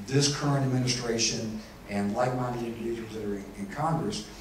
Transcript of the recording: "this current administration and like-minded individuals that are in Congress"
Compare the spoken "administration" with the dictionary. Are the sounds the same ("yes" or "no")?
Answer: yes